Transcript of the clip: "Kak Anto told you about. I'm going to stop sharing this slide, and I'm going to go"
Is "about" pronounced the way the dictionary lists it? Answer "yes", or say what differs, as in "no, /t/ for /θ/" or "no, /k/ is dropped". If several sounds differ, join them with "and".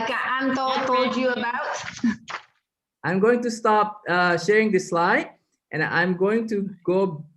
yes